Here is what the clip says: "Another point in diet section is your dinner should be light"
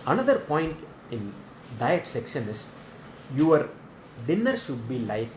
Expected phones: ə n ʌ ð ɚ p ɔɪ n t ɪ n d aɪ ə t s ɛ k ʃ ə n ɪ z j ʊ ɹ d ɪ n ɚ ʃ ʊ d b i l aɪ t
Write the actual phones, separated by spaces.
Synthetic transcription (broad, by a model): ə n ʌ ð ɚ p ɔɪ n t ɪ n d aɪ ə t s ɛ k ʃ ə n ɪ s j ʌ ɹ d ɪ n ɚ ʃ ʊ d b i l aɪ t